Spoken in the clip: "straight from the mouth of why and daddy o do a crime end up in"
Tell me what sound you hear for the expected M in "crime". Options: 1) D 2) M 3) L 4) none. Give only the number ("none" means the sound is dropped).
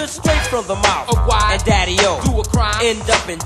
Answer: 4